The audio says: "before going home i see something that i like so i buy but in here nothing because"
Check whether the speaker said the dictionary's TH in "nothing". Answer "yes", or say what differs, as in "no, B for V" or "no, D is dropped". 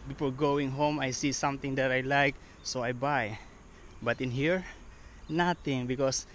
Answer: no, T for TH